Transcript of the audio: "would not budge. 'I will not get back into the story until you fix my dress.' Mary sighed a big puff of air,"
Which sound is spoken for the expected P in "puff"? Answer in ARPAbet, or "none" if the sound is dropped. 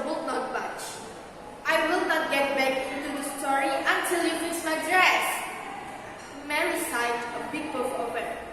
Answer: B